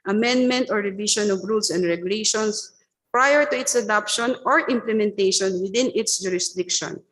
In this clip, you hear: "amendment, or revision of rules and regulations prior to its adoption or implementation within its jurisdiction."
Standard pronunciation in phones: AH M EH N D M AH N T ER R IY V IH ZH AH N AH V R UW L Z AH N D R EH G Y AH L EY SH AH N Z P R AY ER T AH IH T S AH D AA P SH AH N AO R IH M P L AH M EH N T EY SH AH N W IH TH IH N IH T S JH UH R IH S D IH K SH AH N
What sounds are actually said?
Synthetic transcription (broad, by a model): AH M EH N D M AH N T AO R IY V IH SH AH N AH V R UW L S AH N D R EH G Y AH L EY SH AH N S P R AY ER T AH IH T S AH D AA P SH AH N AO R IH M P L AH M EH N T EY SH AH N W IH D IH N IH T S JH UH R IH S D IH K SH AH N